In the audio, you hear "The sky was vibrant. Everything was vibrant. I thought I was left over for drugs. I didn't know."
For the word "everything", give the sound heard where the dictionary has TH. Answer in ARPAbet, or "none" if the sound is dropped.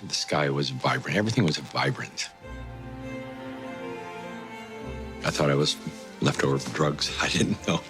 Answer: TH